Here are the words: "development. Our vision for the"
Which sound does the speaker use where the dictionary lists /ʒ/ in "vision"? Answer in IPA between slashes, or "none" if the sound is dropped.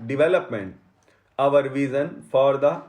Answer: /z/